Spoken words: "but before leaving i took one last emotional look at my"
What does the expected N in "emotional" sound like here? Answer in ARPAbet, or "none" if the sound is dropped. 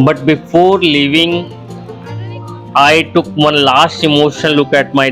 none